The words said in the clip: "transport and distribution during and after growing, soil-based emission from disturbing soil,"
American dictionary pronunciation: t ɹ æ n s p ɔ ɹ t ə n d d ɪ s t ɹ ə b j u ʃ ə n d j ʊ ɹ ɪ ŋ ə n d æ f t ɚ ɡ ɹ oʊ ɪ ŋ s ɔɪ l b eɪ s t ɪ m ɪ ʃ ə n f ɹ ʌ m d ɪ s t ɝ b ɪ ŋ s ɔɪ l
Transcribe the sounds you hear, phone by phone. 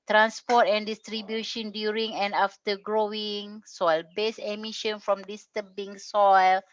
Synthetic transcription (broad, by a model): t ɹ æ n s p ɔ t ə n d d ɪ s t ɹ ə b j u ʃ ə n d j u ɹ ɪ ŋ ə n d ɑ f t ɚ ɡ ɹ oʊ ɪ ŋ s ɔɪ l b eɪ s ɪ m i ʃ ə n f ɹ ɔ m d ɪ s t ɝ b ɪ ŋ s ɔɪ l